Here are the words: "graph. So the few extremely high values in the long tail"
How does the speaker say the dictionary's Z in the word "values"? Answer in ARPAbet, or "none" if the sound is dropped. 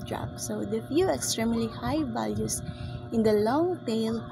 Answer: S